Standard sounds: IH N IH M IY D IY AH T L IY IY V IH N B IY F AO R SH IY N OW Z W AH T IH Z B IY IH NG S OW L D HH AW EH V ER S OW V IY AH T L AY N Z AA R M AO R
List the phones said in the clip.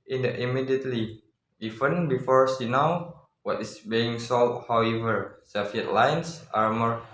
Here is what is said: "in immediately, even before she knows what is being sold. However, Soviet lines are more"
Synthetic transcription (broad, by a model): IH N IH M IY D IY AH T L IY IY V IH N B IY F AO R S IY N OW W W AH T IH S B IY IH NG S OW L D HH AW EH V ER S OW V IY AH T L AY N S AA R M AO R